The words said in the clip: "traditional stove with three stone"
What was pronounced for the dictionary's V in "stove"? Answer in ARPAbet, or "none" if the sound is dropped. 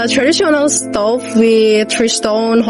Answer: F